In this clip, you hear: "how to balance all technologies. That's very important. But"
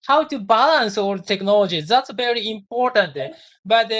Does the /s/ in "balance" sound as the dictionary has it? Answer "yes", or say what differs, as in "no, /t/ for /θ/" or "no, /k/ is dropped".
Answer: yes